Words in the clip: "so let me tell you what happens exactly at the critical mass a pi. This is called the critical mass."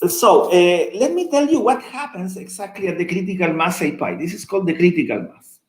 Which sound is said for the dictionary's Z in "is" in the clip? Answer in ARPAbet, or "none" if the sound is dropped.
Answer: S